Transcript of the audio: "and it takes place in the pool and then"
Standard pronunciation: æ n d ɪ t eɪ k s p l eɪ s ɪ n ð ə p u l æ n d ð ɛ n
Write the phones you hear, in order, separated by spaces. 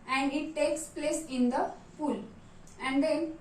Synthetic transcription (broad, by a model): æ n d ɪ t eɪ k s p l eɪ s ɪ n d ə f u l æ n d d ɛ n